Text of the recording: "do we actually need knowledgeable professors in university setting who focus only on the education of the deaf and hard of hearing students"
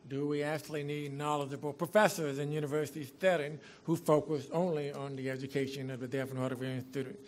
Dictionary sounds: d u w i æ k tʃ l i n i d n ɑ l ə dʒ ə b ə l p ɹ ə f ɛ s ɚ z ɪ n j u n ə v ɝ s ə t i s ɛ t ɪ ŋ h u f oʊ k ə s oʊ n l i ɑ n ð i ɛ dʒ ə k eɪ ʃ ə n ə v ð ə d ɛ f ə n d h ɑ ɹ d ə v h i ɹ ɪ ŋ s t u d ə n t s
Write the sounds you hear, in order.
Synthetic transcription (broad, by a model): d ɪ w i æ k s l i n i d n ɑ l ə dʒ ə b l p ɹ ə f ɛ s ɚ z ɪ n j u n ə v ɝ s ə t i θ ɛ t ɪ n h u f oʊ k ə s oʊ n l i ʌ n ð i ɛ dʒ ə k eɪ ʃ ə n ə v ð ə d ɛ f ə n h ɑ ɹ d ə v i ɪ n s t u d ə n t